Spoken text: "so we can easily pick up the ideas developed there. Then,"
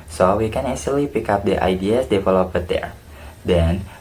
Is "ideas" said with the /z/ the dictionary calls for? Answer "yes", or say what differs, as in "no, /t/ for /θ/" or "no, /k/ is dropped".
no, /s/ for /z/